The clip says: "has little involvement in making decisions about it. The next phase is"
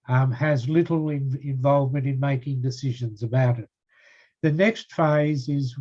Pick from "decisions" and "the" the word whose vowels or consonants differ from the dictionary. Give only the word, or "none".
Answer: none